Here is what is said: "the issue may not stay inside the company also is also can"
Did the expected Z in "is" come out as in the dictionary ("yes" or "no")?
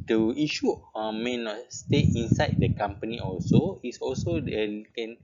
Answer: no